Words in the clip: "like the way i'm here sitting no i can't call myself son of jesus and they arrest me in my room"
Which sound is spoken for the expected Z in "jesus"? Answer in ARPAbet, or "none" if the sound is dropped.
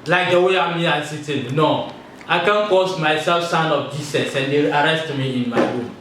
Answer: S